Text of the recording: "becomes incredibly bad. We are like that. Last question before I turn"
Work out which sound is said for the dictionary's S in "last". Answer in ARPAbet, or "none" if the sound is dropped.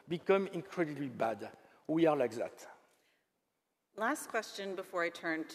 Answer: S